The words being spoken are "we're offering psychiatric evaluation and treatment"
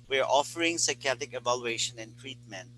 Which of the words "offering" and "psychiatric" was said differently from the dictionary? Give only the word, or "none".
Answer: psychiatric